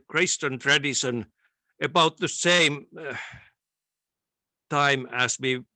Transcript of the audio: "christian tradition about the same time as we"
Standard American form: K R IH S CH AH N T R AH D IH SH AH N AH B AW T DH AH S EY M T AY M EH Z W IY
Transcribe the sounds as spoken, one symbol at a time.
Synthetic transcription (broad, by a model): K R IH S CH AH N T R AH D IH S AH N AH B AW T DH AH S EY M T AY M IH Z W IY